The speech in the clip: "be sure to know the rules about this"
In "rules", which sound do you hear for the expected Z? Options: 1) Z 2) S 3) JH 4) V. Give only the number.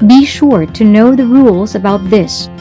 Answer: 1